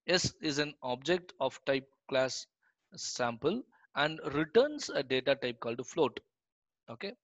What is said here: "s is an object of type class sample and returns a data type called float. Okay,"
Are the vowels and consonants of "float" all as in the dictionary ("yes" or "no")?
yes